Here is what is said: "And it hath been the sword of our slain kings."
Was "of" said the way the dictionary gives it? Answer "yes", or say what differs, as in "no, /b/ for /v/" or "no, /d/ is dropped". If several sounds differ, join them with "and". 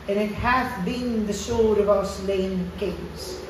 yes